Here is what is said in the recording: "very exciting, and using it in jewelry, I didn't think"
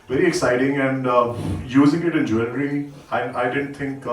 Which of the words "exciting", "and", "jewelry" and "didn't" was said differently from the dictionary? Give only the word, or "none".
jewelry